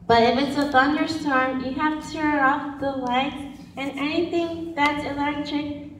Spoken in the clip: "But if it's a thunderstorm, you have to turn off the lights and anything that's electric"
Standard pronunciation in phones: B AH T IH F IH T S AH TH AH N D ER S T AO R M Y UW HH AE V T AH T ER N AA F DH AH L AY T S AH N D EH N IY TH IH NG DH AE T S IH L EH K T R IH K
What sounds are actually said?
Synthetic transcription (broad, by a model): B AH T IH F IH T S AH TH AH N D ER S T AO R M Y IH HH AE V T AH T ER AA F DH AH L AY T AH N EH N IY TH IH NG DH AE T S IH L EH K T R IH K